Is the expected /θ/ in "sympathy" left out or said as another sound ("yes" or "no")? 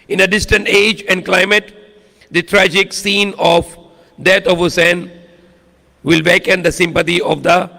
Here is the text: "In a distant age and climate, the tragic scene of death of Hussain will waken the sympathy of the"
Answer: yes